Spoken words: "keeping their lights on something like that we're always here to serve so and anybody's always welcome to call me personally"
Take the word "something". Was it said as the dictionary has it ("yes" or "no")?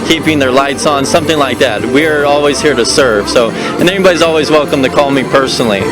yes